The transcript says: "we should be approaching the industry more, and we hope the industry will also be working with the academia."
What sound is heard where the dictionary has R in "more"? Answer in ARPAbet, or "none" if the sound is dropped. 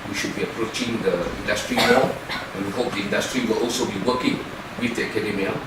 L